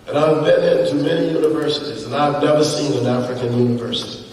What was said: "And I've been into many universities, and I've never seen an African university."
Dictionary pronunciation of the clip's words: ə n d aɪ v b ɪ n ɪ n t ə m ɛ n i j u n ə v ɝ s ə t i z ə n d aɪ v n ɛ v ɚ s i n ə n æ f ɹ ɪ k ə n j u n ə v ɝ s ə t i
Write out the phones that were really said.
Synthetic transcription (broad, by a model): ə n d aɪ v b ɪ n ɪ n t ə m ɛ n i j u n ə v ɝ s ə t i z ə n aɪ v n ɛ v ɚ s i n ə n æ f ɹ ɪ k ə n j u n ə v ɝ s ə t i